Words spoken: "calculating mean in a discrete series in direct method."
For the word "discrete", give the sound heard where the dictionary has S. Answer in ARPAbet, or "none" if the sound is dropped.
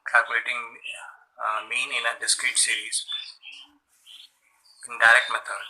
S